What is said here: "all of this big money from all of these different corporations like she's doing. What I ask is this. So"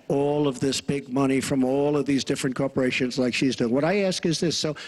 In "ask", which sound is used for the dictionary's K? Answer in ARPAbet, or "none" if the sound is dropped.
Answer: K